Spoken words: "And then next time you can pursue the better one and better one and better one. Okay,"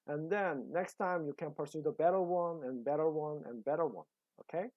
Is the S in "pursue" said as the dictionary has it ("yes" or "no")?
yes